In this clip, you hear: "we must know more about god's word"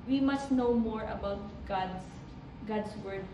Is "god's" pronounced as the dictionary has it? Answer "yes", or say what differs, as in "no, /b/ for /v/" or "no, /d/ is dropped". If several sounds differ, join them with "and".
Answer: no, /s/ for /z/